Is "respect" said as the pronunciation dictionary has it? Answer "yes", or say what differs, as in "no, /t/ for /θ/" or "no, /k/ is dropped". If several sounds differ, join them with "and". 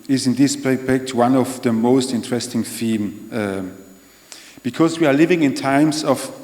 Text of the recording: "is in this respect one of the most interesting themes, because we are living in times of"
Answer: no, /s/ is dropped